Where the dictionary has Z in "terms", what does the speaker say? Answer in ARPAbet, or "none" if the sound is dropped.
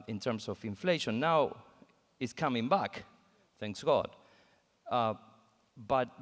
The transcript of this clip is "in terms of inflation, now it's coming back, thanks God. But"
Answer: S